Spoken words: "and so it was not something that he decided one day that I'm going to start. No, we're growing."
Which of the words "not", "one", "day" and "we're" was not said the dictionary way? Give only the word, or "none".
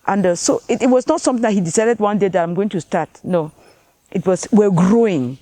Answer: we're